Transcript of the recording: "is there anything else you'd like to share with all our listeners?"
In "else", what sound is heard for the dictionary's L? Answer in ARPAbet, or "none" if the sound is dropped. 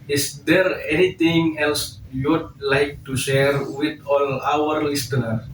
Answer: L